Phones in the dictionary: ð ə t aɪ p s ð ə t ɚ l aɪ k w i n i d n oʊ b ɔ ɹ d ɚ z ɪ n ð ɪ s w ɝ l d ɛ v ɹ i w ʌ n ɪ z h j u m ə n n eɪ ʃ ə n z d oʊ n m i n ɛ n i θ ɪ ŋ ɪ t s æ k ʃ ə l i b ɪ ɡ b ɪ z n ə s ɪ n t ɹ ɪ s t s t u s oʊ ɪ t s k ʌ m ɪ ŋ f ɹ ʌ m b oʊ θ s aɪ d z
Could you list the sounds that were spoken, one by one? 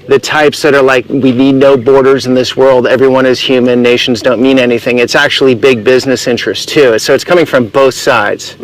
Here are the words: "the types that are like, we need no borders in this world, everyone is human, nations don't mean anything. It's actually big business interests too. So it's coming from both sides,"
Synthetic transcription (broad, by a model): ð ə t aɪ p s ð ə t ɚ l aɪ k w i n i d n oʊ b ɔ ɹ d ɚ z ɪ n ð ɪ s w ɝ l d ɛ v ɹ i w ʌ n ɪ z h j u m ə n n eɪ ʃ n z d oʊ n m i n ɛ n i θ ɪ ŋ ɪ t s æ k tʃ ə l i b ɪ ɡ b ɪ z n ə s ɪ n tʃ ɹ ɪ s s t u s oʊ ɪ t s k ʌ m ɪ ŋ f ɹ ʌ m b oʊ θ s aɪ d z